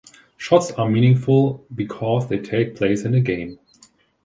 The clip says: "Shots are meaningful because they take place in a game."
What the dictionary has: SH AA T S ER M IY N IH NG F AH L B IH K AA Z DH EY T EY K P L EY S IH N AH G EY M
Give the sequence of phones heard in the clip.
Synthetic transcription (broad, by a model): SH AA T S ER M IY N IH NG F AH L B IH K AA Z DH EY T EY K P L EY S IH N AH G EY M